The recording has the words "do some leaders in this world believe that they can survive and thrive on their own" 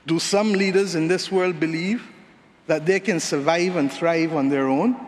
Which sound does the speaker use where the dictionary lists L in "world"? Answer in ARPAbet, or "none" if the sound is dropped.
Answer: L